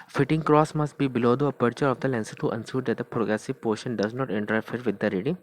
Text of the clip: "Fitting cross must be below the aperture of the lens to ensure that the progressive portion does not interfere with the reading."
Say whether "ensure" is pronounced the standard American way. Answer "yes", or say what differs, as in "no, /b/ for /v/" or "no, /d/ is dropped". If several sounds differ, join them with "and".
no, /s/ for /ʃ/